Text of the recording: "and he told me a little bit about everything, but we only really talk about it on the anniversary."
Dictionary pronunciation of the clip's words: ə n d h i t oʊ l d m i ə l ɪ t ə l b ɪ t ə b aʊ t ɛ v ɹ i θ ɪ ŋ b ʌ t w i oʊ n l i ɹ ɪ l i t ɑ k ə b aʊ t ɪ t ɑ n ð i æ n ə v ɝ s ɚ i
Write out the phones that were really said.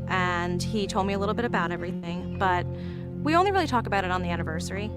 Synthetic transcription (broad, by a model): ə n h i t oʊ l d m i ə l ɪ t l b ɪ t ə b aʊ t ɛ v ɹ i θ ɪ ŋ b ʌ t w i oʊ n l i ɹ ɪ l i t ɑ k ə b aʊ t ɪ t n ð i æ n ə v ɝ s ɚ i